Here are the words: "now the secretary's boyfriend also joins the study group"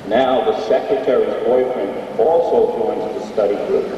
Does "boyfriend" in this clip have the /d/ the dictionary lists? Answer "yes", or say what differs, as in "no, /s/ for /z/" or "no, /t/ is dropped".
no, /d/ is dropped